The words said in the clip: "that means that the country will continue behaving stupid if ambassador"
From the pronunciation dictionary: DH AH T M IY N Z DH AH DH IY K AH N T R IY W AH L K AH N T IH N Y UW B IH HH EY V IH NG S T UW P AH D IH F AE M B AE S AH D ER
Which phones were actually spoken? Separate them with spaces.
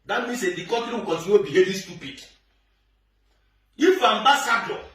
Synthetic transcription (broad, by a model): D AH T M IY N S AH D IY K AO T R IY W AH K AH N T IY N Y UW B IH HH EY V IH S T UW P AH D IH F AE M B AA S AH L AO